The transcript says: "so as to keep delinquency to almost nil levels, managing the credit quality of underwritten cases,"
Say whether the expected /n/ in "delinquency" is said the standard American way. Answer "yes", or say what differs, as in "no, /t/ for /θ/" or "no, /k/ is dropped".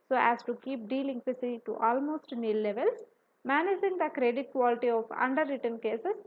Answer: no, /n/ is dropped